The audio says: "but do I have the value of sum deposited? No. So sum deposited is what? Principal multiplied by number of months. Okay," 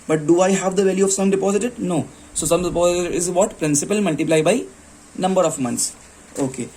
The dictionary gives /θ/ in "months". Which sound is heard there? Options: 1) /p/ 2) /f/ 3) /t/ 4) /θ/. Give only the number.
3